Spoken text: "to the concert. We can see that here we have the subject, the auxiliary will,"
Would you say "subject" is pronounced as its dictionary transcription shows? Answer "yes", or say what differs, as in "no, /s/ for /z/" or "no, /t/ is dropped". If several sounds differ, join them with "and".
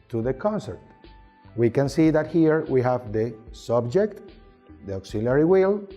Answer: yes